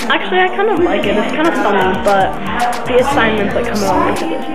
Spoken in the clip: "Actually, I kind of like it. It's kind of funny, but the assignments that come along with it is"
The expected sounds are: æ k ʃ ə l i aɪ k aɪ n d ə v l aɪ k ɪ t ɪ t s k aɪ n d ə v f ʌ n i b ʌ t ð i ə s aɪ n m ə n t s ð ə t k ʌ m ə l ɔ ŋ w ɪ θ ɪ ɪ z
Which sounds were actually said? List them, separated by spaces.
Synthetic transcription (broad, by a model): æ k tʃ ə l i aɪ k aɪ n d ə v l aɪ k ɪ t ɪ t s k aɪ n d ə f ʌ n i b ʌ t ð i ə s aɪ n m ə n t ð ə t k ʌ m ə ɔ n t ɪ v ɪ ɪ